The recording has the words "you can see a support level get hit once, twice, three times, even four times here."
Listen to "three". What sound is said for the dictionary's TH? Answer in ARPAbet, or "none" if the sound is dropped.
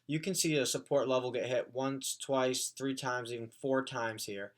TH